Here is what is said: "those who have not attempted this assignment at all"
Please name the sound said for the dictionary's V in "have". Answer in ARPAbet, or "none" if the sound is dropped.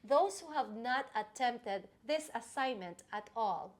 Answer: V